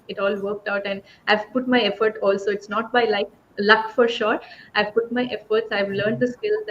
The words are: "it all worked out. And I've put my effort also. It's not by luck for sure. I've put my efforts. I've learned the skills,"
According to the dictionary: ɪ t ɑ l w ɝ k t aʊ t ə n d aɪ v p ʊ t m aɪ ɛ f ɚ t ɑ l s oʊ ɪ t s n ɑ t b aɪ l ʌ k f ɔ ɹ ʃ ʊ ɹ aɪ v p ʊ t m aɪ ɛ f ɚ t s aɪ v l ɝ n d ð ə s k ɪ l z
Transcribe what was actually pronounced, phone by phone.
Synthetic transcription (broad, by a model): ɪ t ɑ l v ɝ k t aʊ t ə n d aɪ v p ʊ t m aɪ ɛ f ɚ t ɑ l s oʊ ɪ t s n ɑ t b aɪ l ʌ k f ɔ ɹ ʃ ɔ ɹ aɪ v p ʊ t m aɪ ɛ f ɚ t s aɪ v l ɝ n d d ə s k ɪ l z